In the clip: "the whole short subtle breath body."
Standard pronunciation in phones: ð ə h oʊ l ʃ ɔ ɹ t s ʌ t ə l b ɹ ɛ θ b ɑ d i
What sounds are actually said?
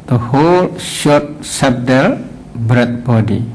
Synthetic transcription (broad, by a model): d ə h oʊ l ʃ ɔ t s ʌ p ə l b ɹ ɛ t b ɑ d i